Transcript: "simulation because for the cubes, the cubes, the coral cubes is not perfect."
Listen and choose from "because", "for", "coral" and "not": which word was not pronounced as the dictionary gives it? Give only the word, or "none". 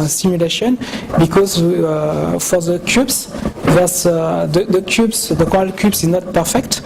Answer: coral